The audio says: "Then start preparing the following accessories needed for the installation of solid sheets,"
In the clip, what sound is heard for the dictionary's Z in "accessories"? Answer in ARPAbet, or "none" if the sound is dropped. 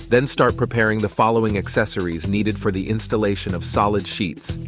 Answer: Z